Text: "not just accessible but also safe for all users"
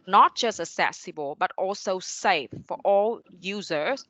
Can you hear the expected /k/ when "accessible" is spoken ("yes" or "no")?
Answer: no